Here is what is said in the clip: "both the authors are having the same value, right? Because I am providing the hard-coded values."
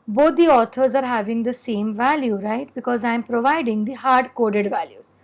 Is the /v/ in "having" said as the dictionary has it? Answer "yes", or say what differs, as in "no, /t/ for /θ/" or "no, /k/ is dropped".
yes